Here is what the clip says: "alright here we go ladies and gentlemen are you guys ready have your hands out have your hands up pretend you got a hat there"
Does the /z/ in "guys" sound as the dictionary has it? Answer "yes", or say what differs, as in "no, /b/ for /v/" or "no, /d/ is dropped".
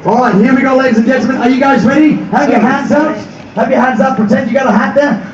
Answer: yes